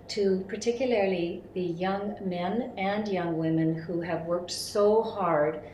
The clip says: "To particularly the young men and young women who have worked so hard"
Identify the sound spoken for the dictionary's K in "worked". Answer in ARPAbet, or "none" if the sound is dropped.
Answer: K